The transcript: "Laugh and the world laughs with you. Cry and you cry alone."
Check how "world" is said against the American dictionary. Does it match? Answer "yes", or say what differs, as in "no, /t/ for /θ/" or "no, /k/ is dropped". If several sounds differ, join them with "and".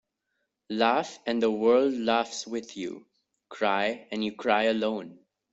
yes